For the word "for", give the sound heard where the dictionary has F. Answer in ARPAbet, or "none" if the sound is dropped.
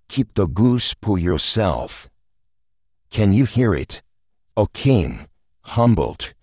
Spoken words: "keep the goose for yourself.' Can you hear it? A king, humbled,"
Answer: P